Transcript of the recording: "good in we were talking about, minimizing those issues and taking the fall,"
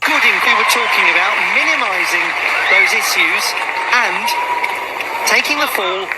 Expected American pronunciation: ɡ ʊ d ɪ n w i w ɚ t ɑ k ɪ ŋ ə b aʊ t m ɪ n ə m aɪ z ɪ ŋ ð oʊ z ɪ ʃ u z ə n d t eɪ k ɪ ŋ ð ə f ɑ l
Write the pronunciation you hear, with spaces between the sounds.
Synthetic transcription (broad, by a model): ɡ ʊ d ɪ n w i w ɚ t ɑ k ɪ ŋ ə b aʊ t m ɪ n ə m aɪ z ɪ ŋ ð oʊ z ɪ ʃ u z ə n t eɪ k ɪ ŋ ð ə f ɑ l